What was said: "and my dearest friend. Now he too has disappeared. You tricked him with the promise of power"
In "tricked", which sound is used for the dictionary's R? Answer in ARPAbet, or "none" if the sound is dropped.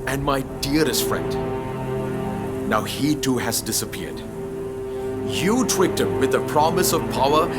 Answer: W